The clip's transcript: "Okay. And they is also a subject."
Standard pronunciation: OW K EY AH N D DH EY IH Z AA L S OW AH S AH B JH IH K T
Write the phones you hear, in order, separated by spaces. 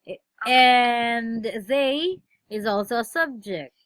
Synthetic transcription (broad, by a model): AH N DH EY IH Z AA L S OW AH S AH B JH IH K T